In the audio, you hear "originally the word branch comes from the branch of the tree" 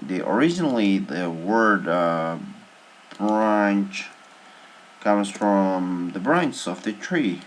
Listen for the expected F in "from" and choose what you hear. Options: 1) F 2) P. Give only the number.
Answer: 1